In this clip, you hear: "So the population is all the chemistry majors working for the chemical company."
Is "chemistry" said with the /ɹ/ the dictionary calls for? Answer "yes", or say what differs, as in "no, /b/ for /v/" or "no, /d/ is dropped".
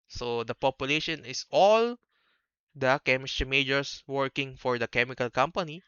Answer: no, /ɹ/ is dropped